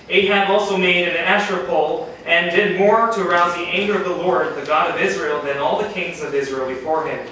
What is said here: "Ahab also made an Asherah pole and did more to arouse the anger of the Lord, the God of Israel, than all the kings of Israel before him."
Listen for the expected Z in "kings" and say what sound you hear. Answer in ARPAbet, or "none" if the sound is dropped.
Z